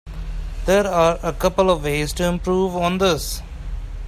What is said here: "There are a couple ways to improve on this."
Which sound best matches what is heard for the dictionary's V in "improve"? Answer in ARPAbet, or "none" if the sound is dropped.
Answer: V